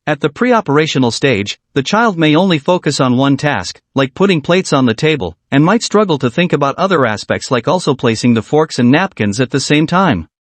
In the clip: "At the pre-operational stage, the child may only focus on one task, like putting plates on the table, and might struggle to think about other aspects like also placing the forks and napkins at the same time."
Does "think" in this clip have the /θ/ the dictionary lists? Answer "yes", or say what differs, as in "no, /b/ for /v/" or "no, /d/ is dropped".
yes